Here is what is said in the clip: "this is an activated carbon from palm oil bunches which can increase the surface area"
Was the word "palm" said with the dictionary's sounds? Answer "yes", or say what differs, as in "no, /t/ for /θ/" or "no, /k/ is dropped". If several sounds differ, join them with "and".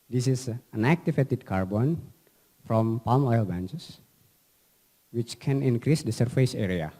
yes